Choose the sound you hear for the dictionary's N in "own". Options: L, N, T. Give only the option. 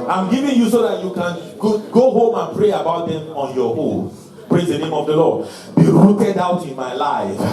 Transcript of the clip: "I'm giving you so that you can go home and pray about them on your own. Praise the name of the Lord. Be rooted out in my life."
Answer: L